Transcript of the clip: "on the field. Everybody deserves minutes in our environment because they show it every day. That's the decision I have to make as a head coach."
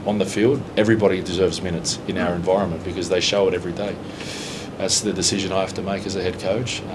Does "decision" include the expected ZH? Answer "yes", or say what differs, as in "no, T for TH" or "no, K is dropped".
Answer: yes